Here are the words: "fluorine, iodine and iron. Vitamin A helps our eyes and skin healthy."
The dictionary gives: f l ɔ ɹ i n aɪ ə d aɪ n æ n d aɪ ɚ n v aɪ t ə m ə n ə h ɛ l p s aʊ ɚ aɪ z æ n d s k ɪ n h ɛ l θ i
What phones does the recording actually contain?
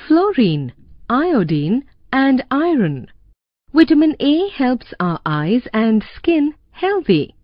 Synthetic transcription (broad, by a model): f l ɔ ɹ i n aɪ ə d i n æ n d aɪ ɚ n w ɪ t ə m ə n ə h ɛ l p s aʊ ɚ aɪ z æ n d s k ɪ n h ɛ l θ i